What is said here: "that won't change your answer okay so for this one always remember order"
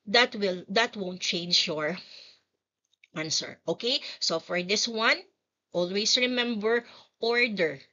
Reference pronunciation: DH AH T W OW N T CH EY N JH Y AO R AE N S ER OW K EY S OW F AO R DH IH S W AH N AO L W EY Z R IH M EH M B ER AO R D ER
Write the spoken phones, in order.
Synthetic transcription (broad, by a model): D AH T W OW N T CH EY N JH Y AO R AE N S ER OW K EY S OW F AO R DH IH S W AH N AO L W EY S R IH M EH M B ER AO R D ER